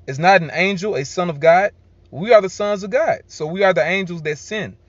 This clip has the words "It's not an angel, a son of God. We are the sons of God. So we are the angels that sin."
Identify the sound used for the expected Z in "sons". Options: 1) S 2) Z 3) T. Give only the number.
2